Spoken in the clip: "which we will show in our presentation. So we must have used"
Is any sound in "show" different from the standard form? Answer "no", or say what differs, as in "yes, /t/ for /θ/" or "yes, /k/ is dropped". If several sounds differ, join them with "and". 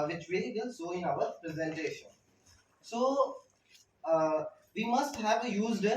yes, /s/ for /ʃ/